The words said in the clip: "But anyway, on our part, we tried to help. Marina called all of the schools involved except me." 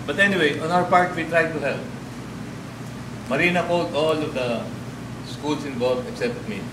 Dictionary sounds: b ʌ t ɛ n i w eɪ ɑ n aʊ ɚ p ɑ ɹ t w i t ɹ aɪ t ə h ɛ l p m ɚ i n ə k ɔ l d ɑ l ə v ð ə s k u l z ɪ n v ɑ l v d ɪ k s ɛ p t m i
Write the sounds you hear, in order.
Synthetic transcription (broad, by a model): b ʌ t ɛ n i w eɪ ɑ n aʊ ɚ p ɑ ɹ t w i t ɹ aɪ t ə h ɛ l p m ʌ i n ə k ɔ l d ɑ l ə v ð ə s k u l s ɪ n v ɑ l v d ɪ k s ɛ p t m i